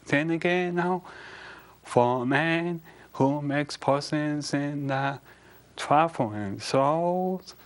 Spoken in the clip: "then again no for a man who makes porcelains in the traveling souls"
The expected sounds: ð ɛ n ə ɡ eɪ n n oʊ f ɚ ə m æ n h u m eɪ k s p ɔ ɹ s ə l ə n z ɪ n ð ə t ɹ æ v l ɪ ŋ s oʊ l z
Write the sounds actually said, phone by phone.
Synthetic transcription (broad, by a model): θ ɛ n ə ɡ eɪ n n oʊ f ɚ ə m æ n h u m eɪ k s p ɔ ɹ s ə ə n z ɪ n ð ə t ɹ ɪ f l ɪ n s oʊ l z